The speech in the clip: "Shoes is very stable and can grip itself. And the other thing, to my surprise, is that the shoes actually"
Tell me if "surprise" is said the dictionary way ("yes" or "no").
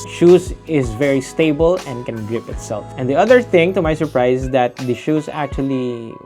no